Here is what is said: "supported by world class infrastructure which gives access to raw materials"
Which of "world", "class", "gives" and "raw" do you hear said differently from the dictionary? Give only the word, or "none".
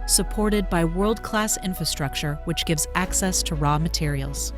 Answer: none